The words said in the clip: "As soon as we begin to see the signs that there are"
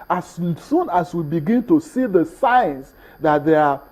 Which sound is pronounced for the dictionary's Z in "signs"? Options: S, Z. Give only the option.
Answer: S